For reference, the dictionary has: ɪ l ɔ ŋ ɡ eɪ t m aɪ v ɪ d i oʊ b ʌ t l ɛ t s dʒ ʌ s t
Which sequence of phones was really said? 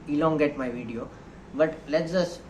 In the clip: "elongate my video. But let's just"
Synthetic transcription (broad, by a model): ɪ l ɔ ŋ ɡ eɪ t m aɪ v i d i oʊ b ʌ t l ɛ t dʒ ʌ s